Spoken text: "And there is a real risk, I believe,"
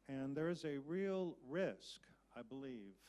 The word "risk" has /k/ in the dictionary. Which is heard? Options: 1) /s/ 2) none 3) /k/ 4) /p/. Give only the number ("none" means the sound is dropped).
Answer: 3